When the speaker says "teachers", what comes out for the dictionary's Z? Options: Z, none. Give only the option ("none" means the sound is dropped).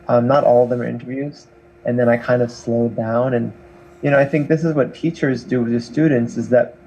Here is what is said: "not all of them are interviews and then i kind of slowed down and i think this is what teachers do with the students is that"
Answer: Z